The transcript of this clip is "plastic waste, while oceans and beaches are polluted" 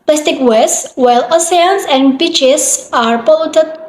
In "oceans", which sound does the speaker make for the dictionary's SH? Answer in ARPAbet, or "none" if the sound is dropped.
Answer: S